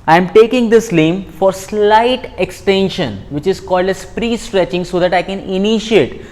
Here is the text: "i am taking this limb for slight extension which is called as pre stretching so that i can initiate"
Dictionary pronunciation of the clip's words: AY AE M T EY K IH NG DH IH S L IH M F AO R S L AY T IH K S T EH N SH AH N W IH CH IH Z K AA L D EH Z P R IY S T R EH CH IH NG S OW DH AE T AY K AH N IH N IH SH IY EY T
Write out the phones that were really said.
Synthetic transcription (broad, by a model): AY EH M T EY K IH NG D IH S L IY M F AO R S L AY T IH K S T EH N SH AH N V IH CH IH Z K AA L D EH S P R IY S T R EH CH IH NG S OW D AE T AY K AH N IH N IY SH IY EY T